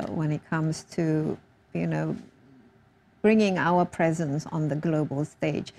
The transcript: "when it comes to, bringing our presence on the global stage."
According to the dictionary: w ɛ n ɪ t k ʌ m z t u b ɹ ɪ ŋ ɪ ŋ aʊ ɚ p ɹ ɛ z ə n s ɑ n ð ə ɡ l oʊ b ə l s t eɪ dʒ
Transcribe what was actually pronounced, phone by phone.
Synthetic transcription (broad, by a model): w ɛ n ɪ t k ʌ m s t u b ɹ ɪ ŋ ɪ ŋ aʊ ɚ p ɹ ɛ z ə n s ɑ n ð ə ɡ l oʊ b ə l s t eɪ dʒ